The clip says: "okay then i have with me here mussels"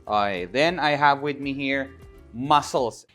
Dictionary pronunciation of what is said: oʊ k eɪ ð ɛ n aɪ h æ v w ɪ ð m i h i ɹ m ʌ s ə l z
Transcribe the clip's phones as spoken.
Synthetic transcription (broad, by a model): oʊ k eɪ ð ɛ n aɪ h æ v w ɪ ð m i h i ɹ m ʌ s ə l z